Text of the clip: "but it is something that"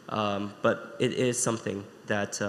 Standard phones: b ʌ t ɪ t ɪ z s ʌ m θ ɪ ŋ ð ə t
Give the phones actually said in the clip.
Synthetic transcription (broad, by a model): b ʌ t ɪ t ɪ z s ʌ m θ ɪ ŋ ð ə t